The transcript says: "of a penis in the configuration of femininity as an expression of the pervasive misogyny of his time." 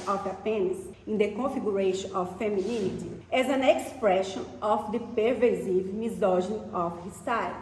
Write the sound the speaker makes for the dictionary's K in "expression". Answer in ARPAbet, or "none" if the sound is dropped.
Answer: K